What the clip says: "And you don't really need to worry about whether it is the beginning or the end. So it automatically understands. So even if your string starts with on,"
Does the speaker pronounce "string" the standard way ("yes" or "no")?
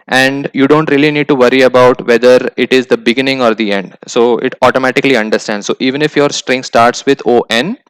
yes